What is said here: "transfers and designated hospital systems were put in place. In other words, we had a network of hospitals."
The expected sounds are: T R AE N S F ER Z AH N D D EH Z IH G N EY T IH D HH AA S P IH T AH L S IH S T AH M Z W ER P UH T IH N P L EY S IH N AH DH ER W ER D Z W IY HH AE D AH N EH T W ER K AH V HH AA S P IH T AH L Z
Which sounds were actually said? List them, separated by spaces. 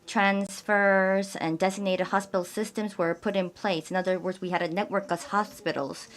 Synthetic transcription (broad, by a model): T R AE N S F ER Z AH N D D EH Z IH G N EY T IH D HH AA S P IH T L S IH S T AH M Z W ER P UH T IH N P L EY S IH N AH DH ER W ER D Z W IY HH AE D AH N EH T W ER K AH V HH AA S P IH T L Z